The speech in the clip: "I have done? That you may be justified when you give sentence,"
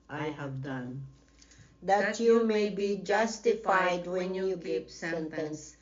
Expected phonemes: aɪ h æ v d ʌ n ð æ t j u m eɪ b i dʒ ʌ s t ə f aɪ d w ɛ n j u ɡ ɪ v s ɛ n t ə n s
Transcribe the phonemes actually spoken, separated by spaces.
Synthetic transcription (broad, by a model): aɪ h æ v d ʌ n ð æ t j u m eɪ b i dʒ ʌ s t ə f aɪ d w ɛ n j u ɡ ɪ p s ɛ n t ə n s